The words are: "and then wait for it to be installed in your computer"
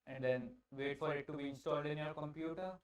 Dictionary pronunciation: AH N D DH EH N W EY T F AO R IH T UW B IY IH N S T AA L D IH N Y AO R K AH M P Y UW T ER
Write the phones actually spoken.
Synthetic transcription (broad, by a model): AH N D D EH N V EY T F AO R IH T UW B IY IH N S T AA L D IH N Y AO R K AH M P Y UW T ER